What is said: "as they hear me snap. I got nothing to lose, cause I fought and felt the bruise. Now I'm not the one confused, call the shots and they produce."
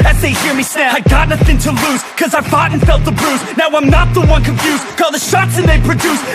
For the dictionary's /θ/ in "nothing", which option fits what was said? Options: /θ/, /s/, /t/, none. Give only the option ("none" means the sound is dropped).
/θ/